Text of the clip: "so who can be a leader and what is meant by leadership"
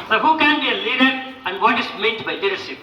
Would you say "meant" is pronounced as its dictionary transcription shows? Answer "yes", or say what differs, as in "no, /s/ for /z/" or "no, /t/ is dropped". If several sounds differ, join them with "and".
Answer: no, /n/ is dropped